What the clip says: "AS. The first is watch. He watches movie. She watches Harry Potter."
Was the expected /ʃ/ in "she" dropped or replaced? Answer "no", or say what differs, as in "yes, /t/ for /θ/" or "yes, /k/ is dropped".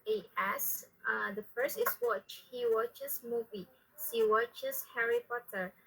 yes, /s/ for /ʃ/